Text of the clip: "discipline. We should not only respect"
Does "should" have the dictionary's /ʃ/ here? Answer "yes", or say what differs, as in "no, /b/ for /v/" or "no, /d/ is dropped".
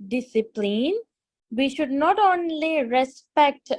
yes